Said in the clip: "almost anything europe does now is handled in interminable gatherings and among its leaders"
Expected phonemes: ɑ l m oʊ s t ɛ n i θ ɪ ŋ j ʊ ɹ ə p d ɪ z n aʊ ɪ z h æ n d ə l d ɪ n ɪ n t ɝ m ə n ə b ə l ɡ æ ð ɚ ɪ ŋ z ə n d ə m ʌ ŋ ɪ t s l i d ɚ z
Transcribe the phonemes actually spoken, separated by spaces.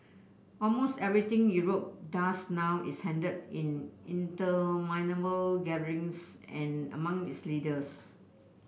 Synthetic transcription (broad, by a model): ɑ l m oʊ s t ɛ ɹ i t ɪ ŋ j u ɹ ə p d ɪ s n aʊ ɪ s h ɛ n d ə d ɪ n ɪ n t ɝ m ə n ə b ə l ɡ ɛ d ɚ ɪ ŋ s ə n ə m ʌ ŋ ɪ t s l i d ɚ s